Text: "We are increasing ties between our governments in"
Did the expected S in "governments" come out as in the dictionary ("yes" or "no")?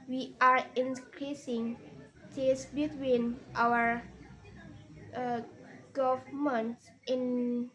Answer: no